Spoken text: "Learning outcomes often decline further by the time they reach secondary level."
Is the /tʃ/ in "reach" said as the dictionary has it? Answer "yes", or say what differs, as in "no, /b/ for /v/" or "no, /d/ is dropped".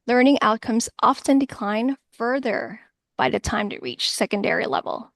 yes